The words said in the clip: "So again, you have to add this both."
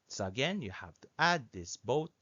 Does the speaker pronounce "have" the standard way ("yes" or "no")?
no